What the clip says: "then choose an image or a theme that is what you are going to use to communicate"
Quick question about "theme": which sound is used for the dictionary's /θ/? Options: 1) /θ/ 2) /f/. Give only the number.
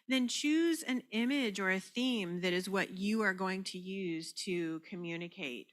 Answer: 1